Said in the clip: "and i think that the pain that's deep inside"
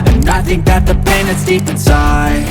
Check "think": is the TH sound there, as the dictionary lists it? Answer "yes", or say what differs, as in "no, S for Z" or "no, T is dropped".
yes